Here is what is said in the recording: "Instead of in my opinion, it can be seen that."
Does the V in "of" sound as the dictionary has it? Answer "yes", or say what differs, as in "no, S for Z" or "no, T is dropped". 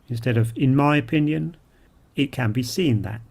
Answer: yes